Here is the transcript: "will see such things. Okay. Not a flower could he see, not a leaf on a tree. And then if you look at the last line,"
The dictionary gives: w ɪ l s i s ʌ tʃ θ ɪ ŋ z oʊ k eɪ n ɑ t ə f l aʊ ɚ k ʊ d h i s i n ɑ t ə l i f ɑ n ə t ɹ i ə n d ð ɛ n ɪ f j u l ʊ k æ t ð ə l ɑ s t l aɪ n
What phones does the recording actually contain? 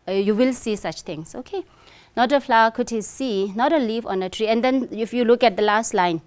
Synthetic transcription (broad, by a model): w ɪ l s i s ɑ tʃ t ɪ ŋ s oʊ k eɪ n ɑ t ə f l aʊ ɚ k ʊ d h i s i n ɑ t ə l i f ɑ n ə t ɹ i ə n d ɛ n ɪ f j u l ʊ k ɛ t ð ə l ɑ s t l aɪ n